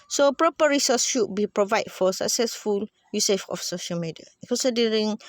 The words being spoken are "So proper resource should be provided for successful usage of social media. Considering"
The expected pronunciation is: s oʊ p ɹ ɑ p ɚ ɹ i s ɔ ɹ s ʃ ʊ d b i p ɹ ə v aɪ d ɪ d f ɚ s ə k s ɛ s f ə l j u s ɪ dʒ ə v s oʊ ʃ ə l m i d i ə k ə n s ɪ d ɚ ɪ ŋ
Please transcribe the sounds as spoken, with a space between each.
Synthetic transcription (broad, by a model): s oʊ p ɹ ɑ p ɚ ɹ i s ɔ s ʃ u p b i p ɹ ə v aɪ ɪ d f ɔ s ə k s ɛ s f ə l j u s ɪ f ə f s oʊ ʃ ə l m i d i ə k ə n s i d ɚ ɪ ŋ